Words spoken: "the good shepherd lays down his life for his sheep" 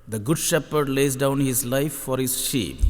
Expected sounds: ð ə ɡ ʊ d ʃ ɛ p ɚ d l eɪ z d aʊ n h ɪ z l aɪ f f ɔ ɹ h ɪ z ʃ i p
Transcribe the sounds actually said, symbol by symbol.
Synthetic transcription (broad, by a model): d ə ɡ ʊ d ʃ ɛ p ɚ d l eɪ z d aʊ n h ɪ z l aɪ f f ɔ ɹ h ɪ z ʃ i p